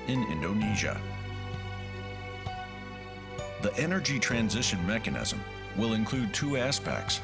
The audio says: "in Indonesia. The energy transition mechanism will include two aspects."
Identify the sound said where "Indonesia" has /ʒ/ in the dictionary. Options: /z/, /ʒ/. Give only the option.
/ʒ/